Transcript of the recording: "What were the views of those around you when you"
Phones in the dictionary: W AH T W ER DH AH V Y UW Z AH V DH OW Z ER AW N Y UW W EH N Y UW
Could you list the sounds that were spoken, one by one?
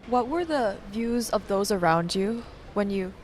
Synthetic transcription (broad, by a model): W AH T W ER DH AH V Y UW Z AH V DH OW Z ER AW N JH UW W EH N Y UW